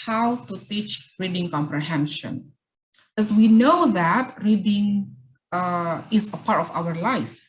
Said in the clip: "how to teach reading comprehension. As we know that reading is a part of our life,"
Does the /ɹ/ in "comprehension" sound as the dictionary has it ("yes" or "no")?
yes